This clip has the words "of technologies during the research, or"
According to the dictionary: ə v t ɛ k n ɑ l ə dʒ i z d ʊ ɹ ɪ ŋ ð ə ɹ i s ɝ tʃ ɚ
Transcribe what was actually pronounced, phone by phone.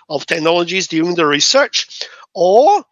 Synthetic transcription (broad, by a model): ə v t ɛ k n ɑ l ə dʒ i z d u ɪ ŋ ð ə ɹ i s ɝ tʃ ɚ